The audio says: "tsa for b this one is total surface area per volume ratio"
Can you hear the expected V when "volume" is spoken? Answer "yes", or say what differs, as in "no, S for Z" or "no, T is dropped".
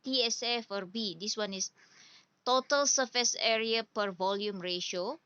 yes